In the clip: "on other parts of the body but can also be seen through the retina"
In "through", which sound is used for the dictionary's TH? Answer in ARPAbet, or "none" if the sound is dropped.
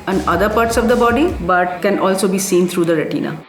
T